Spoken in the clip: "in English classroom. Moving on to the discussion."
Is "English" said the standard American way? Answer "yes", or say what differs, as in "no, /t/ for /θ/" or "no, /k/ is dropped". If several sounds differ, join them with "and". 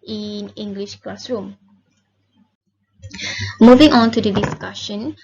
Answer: yes